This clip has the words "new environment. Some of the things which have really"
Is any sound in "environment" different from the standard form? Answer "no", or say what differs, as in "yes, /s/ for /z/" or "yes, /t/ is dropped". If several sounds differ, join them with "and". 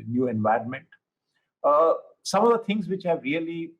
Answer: no